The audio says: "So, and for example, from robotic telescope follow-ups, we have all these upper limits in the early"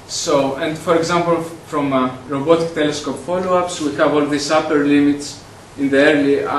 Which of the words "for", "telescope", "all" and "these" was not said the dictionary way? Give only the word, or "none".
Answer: these